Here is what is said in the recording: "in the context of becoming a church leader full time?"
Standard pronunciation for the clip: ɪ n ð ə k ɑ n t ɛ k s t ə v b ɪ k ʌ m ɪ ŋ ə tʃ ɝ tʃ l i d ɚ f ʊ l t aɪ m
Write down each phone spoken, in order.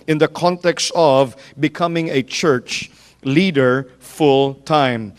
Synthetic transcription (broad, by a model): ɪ n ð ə k ɑ n t ɛ k s t ə v b ɪ k ʌ m ɪ ŋ ə tʃ ɝ tʃ l i d ɚ f ʊ l t aɪ m